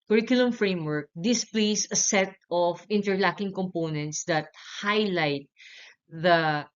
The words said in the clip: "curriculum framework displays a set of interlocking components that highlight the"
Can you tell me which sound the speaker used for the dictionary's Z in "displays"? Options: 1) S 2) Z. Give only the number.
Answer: 1